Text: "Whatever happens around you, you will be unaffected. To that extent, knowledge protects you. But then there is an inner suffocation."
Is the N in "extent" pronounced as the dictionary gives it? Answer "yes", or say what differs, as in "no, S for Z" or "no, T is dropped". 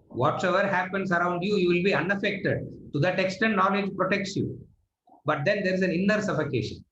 no, N is dropped